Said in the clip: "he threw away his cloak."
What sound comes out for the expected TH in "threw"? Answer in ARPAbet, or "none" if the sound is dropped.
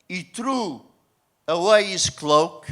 T